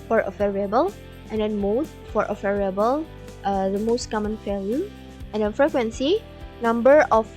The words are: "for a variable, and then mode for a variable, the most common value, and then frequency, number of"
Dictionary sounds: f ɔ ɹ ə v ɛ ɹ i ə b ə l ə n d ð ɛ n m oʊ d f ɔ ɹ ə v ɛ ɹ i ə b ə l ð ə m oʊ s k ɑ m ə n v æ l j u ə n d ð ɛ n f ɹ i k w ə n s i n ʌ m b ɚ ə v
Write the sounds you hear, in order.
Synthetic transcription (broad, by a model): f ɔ ɹ ə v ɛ ɹ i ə b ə l ə n d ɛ n m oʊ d f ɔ ɹ ə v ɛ ɹ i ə b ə l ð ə m oʊ s k ɑ m ə n f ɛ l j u ə n d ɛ n f ɹ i k w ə n s i n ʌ m b ɚ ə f